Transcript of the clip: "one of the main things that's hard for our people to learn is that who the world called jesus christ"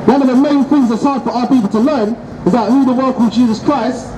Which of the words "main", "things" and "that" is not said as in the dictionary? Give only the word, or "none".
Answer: none